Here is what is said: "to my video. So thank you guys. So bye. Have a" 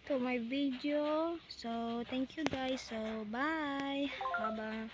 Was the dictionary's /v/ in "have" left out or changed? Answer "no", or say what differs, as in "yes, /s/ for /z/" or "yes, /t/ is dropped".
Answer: yes, /b/ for /v/